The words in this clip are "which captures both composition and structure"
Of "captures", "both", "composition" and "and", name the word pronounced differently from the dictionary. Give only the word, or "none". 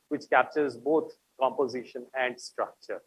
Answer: both